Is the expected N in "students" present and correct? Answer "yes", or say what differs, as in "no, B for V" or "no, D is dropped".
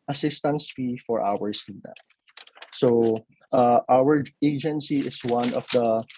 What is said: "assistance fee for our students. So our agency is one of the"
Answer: no, N is dropped